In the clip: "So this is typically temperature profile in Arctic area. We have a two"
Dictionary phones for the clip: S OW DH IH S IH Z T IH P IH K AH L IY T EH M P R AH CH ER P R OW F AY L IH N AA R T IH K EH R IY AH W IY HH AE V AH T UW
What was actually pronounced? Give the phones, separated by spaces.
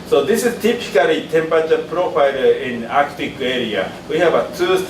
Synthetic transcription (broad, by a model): S OW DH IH S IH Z T IH P IH K AH L IY T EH M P AH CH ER P R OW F AY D IH N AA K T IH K EH R IY AH W IY HH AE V AH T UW